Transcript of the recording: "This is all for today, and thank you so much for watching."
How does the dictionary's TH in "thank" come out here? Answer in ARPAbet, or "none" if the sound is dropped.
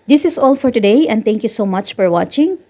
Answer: T